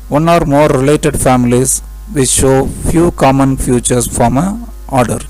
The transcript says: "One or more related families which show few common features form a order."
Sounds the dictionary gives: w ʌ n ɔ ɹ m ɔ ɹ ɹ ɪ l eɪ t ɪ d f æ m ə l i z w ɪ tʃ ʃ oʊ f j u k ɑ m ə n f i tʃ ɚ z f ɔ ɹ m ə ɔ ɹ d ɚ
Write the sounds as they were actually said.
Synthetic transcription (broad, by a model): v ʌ n ɔ ɹ m ɔ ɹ ɹ ɪ l eɪ t ɪ d f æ m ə l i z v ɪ ʃ oʊ f j u k ɑ m ə n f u tʃ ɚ s f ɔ m ə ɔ ɹ d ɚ